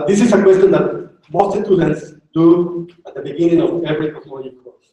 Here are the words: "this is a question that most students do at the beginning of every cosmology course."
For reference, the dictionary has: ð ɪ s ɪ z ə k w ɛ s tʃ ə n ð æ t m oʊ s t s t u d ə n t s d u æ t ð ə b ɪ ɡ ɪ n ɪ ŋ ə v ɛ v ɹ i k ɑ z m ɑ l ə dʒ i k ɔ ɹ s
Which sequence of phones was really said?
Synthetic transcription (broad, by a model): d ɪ s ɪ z ə k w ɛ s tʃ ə n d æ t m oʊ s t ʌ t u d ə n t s d u æ t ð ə b ɪ ɡ ɪ n ɪ ŋ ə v ɛ v ɹ i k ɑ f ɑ n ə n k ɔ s